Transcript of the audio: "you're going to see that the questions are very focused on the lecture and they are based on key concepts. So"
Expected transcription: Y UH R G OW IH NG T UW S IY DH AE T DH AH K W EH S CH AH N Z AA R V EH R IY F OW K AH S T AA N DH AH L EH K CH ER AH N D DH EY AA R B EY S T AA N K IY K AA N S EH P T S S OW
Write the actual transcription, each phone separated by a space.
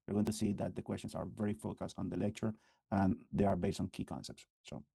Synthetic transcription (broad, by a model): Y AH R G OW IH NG T UW S IY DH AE T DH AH K W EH S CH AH N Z AA R V EH R IY F OW K AH S T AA N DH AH L EH K CH ER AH N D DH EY AA R B EY S T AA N K IY K AA N S EH P T S S OW